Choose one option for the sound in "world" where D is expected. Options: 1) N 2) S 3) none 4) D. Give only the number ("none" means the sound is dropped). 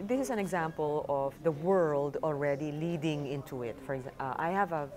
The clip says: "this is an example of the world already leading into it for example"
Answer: 4